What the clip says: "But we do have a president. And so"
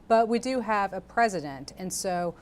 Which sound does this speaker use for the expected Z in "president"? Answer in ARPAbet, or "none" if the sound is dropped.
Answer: Z